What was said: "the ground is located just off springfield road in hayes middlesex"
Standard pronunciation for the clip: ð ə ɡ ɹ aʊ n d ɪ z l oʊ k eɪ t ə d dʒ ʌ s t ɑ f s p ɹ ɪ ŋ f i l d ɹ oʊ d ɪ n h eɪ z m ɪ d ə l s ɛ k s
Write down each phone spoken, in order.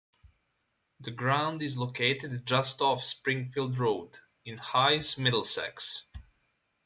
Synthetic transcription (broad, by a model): ð ə ɡ ɹ aʊ n d ɪ z l oʊ k eɪ t ə d dʒ ʌ s t ɑ f s p ɹ ɪ ŋ f i l d ɹ oʊ d ɪ n h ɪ s m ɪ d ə l s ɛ k s